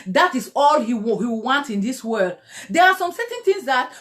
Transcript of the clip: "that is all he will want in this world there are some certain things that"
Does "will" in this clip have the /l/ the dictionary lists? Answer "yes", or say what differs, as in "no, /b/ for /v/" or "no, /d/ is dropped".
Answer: no, /w/ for /l/